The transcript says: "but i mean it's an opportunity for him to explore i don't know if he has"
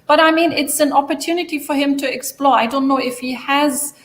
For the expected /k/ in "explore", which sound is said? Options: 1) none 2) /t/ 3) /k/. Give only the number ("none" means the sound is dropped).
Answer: 3